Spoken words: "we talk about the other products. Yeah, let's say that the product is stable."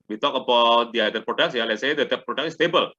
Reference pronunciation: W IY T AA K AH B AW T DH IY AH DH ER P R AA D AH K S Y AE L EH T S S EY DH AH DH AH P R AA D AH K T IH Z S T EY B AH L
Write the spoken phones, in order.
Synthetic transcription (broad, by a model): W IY T AA K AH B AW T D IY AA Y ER P R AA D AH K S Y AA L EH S S EY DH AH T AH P R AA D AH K IH S T EY B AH L